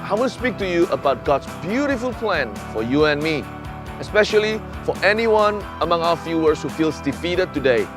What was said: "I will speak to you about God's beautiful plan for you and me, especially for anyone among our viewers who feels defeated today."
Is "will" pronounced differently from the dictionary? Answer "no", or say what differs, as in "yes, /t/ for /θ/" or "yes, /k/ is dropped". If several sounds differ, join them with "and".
yes, /n/ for /l/